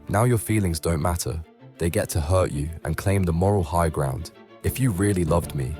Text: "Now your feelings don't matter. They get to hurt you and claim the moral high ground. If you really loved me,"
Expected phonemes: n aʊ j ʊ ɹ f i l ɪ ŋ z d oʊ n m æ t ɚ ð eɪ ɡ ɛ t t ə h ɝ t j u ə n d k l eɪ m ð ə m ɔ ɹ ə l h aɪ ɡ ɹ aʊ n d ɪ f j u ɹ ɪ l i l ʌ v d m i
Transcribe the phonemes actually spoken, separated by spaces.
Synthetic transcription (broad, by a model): n aʊ j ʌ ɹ f i l ɪ ŋ z d oʊ n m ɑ t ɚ ð eɪ ɡ ɛ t t ə h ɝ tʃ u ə n k l eɪ m ð ə m ɔ ɹ ə l h aɪ ɡ ɹ aʊ n d ɪ f j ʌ ɹ ɪ l i l ʌ v d m i